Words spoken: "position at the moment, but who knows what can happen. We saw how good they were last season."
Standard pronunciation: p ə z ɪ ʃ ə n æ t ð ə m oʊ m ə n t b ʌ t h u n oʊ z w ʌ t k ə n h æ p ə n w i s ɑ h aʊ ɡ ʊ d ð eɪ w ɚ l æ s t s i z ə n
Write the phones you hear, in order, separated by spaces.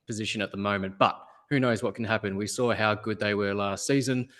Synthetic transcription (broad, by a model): p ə z ɪ ʃ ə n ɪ t ð ə m oʊ m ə n b ʌ t h u n oʊ z w ʌ t k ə n h æ p ə n w i s ɑ h aʊ ɡ ʊ d ð eɪ w ɚ l æ s t s i z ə n